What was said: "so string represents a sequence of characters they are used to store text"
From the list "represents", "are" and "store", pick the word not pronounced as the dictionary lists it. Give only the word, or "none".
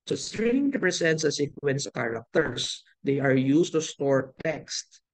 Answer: represents